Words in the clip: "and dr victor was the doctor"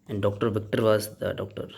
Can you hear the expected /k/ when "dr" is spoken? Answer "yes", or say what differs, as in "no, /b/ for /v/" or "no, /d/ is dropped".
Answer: yes